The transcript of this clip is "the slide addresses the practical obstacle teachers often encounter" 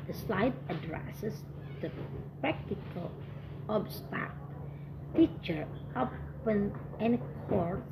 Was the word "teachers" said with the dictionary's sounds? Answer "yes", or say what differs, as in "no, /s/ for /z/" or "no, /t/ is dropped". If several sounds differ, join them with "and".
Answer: no, /z/ is dropped